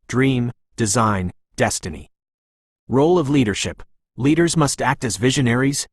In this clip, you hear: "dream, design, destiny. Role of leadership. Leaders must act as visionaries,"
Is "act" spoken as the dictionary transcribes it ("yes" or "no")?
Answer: yes